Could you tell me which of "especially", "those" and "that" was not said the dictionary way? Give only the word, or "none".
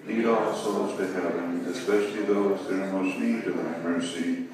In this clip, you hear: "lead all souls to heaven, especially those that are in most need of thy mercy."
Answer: none